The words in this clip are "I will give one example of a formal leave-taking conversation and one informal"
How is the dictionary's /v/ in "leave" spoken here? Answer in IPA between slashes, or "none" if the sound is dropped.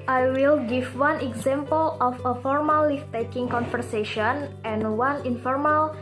/f/